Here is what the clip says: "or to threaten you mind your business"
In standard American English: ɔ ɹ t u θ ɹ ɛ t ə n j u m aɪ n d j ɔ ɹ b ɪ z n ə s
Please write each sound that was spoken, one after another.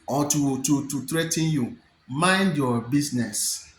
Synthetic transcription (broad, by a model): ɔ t t u t ɹ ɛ t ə n j u m aɪ n d j ɔ b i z n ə s